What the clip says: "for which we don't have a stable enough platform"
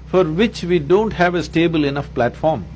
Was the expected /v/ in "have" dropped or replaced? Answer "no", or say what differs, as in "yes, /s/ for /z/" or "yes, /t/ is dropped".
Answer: no